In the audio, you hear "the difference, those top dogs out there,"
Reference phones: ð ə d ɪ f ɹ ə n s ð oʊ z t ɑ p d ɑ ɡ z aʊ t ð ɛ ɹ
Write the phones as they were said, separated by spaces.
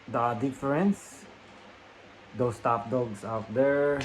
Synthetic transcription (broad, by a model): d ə d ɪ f ɹ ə n s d oʊ s t ɑ p d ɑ ɡ s aʊ t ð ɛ ɹ